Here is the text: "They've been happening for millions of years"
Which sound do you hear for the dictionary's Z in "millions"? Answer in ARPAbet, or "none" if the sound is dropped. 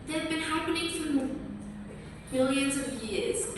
Z